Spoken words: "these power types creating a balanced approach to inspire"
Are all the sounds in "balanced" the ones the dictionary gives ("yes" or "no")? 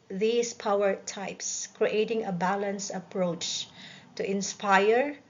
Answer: no